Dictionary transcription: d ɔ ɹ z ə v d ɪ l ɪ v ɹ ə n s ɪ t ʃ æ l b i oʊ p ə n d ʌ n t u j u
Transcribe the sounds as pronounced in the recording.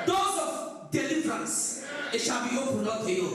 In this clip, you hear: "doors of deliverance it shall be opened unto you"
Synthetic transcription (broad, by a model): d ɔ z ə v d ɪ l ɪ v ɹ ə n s ɪ t ʃ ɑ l b i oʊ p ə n ʌ t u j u